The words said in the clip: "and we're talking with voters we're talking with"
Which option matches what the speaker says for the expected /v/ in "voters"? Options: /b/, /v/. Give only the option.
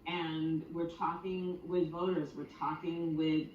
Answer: /v/